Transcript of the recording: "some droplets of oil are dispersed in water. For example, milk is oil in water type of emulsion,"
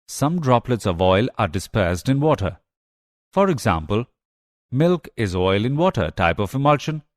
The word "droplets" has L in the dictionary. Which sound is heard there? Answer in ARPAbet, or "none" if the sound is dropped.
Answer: L